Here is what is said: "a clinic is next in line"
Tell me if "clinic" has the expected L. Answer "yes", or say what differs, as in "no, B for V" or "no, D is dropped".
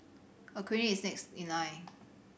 no, L is dropped